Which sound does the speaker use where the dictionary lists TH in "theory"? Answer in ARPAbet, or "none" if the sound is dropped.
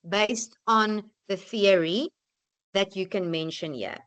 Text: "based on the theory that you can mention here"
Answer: TH